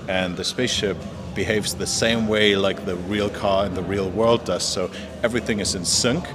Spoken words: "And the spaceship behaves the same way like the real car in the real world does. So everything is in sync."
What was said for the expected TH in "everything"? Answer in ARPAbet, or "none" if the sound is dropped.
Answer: TH